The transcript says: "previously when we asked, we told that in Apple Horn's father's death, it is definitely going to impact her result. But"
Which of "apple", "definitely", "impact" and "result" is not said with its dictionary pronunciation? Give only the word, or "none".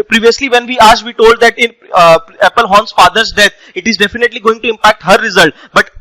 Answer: none